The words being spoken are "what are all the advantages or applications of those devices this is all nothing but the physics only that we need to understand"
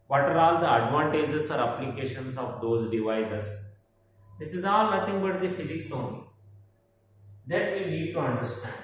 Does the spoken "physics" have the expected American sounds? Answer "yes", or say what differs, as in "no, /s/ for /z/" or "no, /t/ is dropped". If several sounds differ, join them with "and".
yes